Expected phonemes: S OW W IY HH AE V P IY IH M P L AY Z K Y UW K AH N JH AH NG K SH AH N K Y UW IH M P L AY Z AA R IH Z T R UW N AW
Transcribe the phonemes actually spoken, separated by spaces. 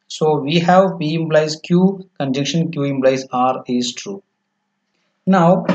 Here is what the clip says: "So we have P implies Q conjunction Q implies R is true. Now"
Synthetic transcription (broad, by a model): S OW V IY HH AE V P IY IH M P L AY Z K Y UW K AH N JH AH K SH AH N K Y UW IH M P L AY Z AA R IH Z T R UW N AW